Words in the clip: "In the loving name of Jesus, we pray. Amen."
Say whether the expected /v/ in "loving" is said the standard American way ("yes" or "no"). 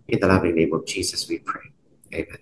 yes